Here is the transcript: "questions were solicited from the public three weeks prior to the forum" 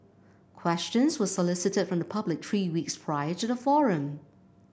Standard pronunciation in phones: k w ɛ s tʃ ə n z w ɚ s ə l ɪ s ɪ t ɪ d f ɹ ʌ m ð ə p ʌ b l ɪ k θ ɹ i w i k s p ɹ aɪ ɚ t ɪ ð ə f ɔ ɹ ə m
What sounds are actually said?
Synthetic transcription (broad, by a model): k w ɛ s tʃ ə n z w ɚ s ə l ɪ s ɪ t ɪ d f ɹ ʌ m ð ə p ʌ b l ɪ k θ ɹ i w i k s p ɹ aɪ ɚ t ɪ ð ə f ɔ ɹ ə m